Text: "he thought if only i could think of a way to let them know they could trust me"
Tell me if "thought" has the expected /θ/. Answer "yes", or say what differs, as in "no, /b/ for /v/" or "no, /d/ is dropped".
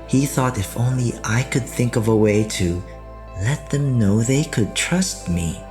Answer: yes